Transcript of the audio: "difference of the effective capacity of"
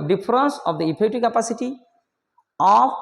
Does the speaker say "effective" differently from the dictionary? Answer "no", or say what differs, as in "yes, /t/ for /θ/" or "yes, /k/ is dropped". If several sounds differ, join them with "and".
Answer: yes, /p/ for /f/